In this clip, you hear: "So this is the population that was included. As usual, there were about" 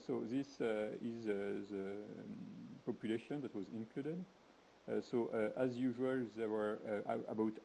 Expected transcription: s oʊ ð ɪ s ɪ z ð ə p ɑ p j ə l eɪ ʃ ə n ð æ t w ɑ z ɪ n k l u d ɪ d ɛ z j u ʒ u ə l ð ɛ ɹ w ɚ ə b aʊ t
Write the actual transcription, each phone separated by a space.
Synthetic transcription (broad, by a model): s oʊ ð ɪ s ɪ z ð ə p ɑ p j ə l eɪ ʃ ə n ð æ t w ɑ z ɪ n k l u d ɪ d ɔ z j u ʒ u ə l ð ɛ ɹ w ɚ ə b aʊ t